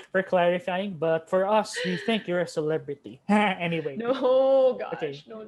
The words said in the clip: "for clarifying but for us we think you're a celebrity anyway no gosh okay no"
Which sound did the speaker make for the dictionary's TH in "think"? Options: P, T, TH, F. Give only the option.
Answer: TH